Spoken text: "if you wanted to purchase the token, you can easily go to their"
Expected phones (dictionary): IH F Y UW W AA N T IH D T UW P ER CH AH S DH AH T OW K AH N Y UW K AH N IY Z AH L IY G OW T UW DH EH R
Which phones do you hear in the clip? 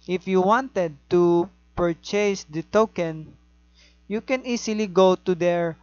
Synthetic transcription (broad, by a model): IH F Y UW W AA N T IH D T UW P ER CH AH S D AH T OW K AH N Y UW K AH N IY S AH L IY G OW T UW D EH R